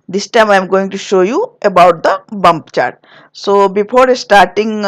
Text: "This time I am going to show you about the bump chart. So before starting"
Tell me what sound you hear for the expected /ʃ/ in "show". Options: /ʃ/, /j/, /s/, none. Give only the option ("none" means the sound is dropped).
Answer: /ʃ/